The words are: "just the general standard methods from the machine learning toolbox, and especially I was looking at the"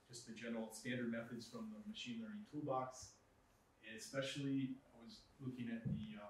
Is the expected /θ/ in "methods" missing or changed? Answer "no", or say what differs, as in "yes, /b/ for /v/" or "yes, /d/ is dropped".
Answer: no